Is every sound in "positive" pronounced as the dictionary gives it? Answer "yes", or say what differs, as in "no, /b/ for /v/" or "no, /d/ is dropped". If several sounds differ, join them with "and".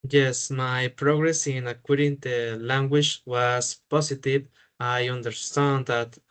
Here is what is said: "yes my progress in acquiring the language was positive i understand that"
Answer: no, /s/ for /z/